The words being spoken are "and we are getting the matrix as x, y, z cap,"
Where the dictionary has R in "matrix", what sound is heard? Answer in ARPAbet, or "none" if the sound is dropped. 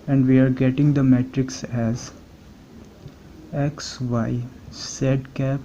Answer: R